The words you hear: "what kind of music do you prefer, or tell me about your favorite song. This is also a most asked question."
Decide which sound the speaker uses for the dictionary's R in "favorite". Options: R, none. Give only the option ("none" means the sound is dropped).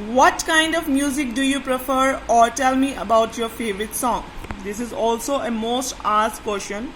R